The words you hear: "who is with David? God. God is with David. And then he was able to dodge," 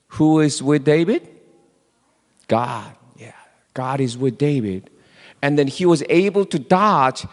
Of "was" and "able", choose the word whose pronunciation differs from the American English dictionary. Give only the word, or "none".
none